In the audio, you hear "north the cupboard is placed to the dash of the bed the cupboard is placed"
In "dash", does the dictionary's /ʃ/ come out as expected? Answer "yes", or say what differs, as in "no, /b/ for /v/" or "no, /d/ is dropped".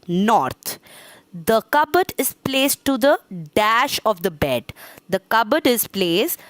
yes